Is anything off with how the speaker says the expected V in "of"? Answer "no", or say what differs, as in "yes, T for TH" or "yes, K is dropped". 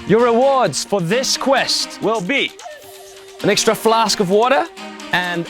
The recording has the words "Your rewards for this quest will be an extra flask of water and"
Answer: no